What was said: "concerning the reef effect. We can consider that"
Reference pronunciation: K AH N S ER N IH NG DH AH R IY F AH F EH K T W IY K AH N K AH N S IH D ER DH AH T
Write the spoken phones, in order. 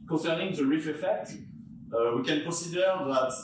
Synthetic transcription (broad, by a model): K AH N S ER N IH NG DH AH R IY F AH F EH K T W IY K AH N K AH S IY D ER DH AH T